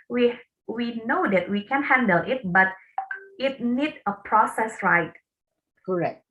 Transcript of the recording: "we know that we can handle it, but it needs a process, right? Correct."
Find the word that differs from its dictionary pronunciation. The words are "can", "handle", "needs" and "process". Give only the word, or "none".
needs